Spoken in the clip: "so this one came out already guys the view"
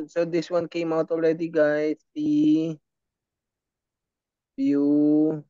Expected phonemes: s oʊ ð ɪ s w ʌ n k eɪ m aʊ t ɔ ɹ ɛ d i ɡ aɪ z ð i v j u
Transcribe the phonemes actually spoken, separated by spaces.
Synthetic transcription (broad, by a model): s oʊ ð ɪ s w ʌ n k eɪ m aʊ t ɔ l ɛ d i ɡ aɪ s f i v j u